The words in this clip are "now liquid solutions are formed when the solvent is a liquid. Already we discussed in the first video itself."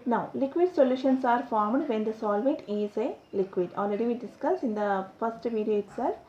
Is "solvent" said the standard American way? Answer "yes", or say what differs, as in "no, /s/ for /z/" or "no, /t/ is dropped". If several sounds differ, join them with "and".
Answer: no, /n/ is dropped